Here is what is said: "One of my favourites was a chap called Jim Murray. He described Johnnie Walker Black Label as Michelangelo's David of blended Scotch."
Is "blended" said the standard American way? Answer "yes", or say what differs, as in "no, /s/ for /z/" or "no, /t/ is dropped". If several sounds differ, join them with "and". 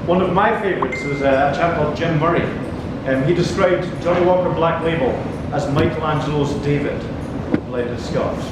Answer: no, /n/ is dropped